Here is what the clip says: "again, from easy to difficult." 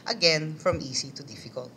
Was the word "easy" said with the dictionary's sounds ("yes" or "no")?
no